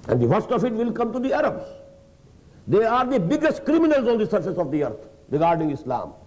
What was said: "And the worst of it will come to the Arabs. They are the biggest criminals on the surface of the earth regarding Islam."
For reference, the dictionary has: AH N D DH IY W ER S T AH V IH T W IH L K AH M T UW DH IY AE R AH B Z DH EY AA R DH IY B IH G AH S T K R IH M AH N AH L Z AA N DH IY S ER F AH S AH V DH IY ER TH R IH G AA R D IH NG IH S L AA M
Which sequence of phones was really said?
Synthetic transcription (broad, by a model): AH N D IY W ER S T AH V IH T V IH L K AH M T UW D IY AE R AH B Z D EY AA R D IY B IH G AH S T K R IH M AH N AH L Z AA N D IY S ER F AH S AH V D IY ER T R IH G AA R D IH NG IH S L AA M